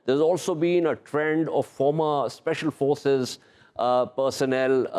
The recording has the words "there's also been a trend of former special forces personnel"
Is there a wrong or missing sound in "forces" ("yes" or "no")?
no